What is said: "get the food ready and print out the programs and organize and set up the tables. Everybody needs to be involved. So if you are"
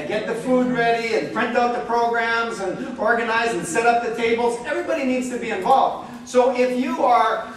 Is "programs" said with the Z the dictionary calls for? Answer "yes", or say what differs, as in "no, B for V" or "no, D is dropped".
yes